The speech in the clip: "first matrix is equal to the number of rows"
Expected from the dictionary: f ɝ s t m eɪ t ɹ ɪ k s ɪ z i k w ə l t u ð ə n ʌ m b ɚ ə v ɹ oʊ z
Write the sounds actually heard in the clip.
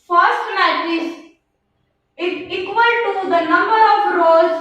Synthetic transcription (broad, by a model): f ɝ s t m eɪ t ɪ s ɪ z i k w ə l t u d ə n ʌ m b ɚ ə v ɹ oʊ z